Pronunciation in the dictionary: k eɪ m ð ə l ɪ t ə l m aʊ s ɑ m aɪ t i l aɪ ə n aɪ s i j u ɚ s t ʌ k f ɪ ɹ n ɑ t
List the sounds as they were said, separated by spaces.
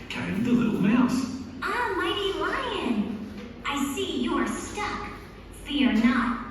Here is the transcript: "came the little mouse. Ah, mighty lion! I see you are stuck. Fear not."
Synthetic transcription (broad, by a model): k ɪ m ð ə l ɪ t l m aʊ s ɑ m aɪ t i w aɪ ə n aɪ s i j ɚ s t ʌ k f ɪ ɹ n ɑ t